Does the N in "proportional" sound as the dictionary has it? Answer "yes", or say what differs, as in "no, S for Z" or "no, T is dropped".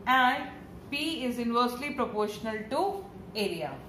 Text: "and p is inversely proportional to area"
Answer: yes